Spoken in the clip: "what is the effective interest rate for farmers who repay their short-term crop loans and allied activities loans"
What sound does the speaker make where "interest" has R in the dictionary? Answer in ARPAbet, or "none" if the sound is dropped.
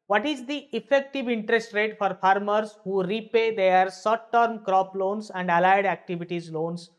R